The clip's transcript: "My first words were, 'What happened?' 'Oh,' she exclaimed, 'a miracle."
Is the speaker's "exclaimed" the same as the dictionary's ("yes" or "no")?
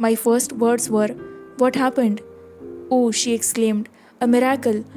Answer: yes